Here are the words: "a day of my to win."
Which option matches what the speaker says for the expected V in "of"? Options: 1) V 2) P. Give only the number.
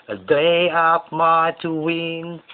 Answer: 2